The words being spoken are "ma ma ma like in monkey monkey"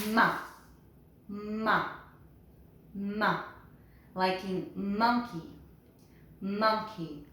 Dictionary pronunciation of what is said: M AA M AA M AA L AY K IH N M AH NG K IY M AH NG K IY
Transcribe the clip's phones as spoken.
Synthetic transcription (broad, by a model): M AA M AA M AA L AY K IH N M AH NG K IY M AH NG K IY